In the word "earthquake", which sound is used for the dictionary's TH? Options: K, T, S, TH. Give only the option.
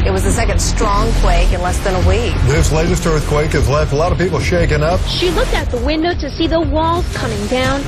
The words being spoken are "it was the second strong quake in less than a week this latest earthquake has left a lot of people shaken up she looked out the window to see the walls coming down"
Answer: TH